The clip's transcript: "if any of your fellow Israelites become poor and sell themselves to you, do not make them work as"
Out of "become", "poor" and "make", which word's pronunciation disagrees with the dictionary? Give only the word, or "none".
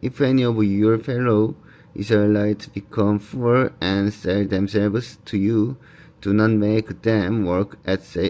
poor